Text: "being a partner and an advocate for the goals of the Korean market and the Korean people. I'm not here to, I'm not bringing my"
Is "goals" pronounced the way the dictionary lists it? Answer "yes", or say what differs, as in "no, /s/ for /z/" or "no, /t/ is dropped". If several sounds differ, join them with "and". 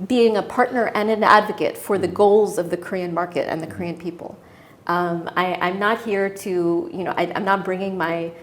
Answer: yes